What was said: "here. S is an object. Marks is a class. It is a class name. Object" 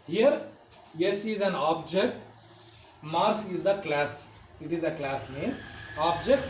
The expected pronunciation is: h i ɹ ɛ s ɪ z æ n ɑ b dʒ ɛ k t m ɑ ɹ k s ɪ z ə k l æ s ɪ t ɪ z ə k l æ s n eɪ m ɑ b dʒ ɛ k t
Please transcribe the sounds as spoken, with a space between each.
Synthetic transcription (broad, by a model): h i ɹ ɛ s ɪ z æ n ɑ b dʒ ɛ k t m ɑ ɹ s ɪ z ə k l æ s ɪ t ɪ z ə k l æ s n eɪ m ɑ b dʒ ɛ k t